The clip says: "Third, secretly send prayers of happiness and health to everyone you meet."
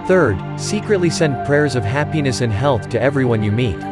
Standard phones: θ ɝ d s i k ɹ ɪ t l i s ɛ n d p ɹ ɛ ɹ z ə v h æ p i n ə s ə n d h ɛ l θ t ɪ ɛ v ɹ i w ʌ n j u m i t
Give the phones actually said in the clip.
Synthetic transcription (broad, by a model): θ ɝ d s i k ɹ ɪ t l i s ɛ n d p ɹ ɛ ɹ z ə v h æ p i n ə s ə n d h ɛ l θ t ɪ ɛ v ɹ i w ʌ n j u m i t